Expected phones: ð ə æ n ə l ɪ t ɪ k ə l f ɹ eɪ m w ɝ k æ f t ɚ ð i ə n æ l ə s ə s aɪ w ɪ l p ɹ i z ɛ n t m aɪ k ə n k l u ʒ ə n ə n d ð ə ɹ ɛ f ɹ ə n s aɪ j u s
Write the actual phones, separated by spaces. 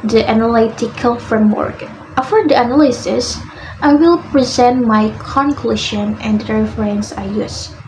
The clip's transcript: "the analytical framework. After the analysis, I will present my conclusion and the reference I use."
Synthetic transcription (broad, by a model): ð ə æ n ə l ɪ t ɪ k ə l f ɹ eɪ m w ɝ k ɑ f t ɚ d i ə n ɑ l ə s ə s aɪ w ɪ l p ɹ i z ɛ n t m aɪ k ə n k l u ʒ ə n ə n d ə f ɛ ɹ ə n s aɪ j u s